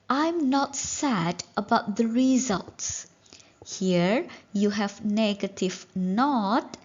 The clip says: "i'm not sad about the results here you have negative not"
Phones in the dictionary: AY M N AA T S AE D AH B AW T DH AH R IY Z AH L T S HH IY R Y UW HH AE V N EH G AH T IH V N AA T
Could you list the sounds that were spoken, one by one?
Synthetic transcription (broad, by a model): AY M N AA T S AE D AH B AW T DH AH R IY Z AH L T S HH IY R Y UW HH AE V N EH G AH T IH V N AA T